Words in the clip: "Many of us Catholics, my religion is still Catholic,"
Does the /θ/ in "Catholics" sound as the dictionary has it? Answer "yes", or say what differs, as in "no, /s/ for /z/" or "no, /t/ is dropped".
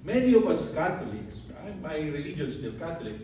no, /t/ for /θ/